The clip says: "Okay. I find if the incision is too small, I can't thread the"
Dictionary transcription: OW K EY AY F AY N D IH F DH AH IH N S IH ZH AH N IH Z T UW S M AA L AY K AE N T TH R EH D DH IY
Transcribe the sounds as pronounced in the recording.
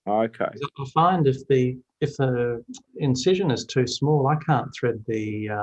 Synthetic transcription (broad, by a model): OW K EY AY F AY N D IH F DH AH IH N S IH ZH AH N IH Z T UW S M AA L AY K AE N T TH R EH D DH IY